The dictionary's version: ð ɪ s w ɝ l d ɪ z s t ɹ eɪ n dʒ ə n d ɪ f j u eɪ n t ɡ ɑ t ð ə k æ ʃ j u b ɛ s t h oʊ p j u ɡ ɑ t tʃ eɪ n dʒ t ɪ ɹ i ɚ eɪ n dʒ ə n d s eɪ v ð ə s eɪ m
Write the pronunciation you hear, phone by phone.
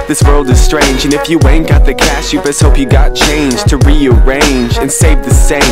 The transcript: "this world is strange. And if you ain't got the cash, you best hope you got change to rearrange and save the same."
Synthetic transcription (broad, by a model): ð ɪ s w ɝ l d ɪ z s t ɹ eɪ n dʒ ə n ɪ f j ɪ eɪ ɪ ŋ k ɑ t ð ə k æ s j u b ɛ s h oʊ p j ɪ ɡ ɑ t tʃ eɪ n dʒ t ɪ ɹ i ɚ eɪ n dʒ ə n s eɪ v ð ə s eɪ